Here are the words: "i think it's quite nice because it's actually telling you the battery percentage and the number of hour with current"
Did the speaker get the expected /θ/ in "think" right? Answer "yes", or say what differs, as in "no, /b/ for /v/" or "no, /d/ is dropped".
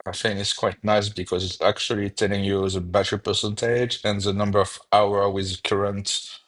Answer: no, /f/ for /θ/